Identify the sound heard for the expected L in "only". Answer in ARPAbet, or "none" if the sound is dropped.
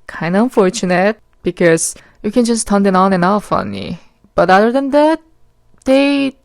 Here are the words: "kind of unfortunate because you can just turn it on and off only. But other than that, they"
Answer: none